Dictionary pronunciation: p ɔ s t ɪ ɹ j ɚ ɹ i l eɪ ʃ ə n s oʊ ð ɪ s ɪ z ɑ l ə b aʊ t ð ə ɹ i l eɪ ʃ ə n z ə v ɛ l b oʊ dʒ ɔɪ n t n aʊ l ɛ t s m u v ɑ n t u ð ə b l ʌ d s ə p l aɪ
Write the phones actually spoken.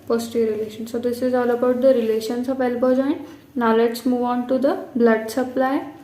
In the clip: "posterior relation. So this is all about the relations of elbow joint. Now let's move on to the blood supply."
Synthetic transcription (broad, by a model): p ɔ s t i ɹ ɹ i l eɪ ʃ ə n s oʊ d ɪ s ɪ z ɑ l ə b aʊ t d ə ɹ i l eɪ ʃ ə n s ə p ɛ l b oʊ dʒ ɔɪ n t n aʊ l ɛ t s m u v ɑ n t u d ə b l ʌ d s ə p l aɪ